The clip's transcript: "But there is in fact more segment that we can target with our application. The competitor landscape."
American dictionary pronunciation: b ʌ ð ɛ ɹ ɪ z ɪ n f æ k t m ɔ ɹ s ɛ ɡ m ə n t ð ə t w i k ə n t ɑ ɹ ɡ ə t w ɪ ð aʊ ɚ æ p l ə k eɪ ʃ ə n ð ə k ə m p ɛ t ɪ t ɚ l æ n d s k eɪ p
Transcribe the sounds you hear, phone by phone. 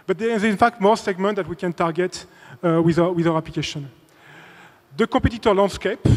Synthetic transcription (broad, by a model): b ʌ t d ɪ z ɪ n f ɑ k t m ɔ ɹ s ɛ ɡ m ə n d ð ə t w i k ə n t ɑ ɹ ɡ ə t w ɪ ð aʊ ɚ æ p l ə k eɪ ʃ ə n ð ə k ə p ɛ t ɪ t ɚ l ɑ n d s k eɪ p